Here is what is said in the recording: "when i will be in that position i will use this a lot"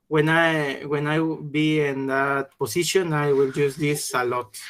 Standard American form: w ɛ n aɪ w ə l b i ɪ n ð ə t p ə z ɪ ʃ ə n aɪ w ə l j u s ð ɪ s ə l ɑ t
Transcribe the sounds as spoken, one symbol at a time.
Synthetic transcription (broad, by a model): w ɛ n aɪ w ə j b i ɪ n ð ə t p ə s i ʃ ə n aɪ w ə l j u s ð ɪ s ə l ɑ t